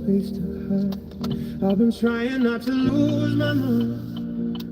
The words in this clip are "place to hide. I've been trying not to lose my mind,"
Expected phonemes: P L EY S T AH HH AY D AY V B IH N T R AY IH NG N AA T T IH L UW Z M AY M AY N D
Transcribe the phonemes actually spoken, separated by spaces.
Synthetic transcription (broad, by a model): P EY S T AH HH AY AY V B IH N T R AY IH NG N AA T T IH L UW Z M AY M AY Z